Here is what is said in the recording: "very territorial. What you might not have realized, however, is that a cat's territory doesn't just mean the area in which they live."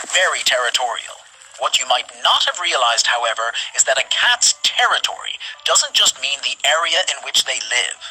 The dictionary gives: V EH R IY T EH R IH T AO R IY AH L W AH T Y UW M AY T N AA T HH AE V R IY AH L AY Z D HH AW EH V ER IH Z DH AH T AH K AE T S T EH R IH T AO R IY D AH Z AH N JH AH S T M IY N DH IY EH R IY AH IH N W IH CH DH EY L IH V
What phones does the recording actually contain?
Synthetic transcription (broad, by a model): V EH R IY T EH R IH T AO R IY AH L W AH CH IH M AY T N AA T HH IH V R IY AH L AY Z D HH AW EH V ER IH Z DH AH T AH K AE T S T EH R IH T AO R IY D AH Z AH N JH AH S T M IY N DH IY EH R IY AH IH N W IH CH DH EY L IH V